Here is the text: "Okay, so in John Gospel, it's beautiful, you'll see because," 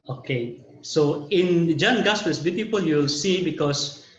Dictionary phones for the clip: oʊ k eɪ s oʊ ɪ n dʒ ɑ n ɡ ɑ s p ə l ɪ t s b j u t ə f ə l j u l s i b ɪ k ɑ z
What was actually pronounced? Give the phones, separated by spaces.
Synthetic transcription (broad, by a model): oʊ k eɪ s oʊ ɪ n dʒ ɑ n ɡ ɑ s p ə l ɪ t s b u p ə p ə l j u l s i b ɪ k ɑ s